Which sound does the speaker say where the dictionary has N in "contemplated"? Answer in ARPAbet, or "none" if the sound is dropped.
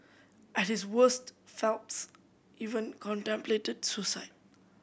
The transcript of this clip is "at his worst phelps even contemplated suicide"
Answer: N